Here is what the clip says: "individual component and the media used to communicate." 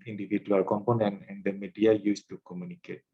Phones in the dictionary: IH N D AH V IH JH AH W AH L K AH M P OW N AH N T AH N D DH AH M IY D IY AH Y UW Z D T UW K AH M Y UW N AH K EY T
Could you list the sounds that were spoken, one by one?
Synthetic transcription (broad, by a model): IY N D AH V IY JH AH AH L K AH M P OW N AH N AH N D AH M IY D IY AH Y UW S T UW K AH M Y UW N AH K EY T